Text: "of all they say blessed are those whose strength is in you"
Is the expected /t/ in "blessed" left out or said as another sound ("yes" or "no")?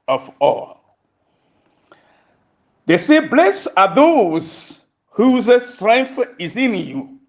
yes